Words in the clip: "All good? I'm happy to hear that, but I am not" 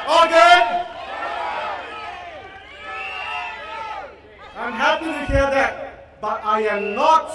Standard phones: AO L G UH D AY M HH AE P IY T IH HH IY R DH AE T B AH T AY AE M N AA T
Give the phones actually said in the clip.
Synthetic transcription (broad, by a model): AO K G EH AY M HH AE P IY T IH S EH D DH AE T B AH T AY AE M N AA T